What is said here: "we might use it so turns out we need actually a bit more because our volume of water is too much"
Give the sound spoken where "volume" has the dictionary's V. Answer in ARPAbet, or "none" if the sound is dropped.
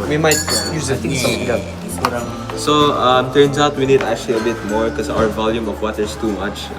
V